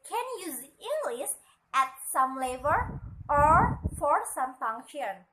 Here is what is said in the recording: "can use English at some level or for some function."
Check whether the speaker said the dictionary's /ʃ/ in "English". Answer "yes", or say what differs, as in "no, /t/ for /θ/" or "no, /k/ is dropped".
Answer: no, /s/ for /ʃ/